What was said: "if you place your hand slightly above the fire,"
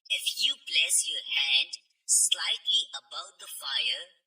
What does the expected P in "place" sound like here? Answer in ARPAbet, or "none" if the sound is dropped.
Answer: B